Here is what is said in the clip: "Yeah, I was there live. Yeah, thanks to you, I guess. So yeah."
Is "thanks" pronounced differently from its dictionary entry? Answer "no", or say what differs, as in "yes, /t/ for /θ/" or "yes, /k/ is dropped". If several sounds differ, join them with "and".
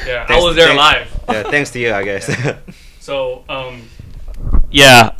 no